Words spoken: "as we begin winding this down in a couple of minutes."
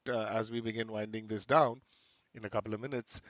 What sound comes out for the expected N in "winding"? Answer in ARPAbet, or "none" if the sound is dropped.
N